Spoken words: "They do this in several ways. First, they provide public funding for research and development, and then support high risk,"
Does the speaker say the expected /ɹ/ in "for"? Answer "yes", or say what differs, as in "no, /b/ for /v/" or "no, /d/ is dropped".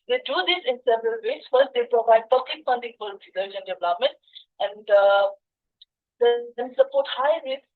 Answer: no, /l/ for /ɹ/